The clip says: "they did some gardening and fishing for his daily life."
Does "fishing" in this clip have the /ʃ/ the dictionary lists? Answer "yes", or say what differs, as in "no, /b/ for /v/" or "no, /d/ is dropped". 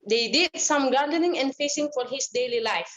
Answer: no, /s/ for /ʃ/